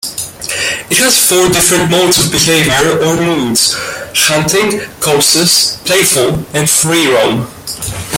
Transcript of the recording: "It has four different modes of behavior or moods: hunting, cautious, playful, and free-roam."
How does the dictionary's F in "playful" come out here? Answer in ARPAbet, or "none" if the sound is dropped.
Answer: F